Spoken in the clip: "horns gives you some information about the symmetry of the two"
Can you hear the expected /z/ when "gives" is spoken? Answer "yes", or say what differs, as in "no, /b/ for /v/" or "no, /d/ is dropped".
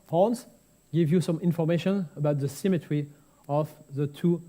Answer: no, /z/ is dropped